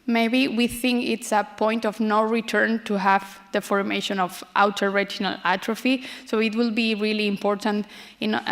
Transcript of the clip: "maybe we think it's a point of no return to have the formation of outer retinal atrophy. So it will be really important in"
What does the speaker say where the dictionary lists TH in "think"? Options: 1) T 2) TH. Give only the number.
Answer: 2